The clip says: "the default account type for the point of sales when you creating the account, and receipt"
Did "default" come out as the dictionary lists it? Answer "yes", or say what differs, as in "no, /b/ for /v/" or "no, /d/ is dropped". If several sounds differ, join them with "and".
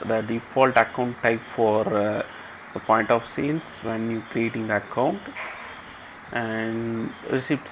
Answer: yes